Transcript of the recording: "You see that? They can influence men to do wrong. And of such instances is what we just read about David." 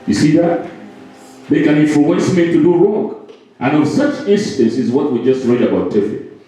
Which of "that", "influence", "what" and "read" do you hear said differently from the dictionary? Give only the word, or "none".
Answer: influence